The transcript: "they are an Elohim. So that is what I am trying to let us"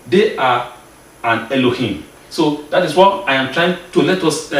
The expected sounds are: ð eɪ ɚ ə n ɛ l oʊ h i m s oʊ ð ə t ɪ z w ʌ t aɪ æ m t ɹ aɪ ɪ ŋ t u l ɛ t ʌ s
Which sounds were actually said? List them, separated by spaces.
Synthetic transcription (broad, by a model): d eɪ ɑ ə n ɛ l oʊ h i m s oʊ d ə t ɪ s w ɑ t aɪ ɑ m t ɹ aɪ ɪ ŋ t u l ɛ t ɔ s